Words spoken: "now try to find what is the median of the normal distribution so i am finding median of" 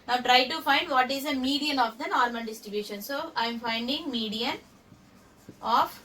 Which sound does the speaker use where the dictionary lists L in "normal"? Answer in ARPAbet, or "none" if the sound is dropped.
N